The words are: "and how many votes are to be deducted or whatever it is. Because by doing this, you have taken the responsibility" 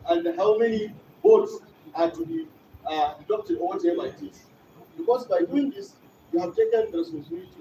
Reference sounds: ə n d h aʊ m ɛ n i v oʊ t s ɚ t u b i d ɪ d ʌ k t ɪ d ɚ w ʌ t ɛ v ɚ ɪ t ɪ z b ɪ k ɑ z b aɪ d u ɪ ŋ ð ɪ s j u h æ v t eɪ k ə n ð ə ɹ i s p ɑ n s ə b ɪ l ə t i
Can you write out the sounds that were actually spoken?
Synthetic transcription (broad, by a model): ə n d h aʊ m ɛ n i b oʊ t s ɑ t u b i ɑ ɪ d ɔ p t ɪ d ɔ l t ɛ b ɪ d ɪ s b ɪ k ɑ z b aɪ d u ɪ ŋ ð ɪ s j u h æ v t eɪ k ə n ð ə ɹ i s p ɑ n s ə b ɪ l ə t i